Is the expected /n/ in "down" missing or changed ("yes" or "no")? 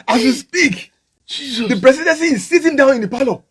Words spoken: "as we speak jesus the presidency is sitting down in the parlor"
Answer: no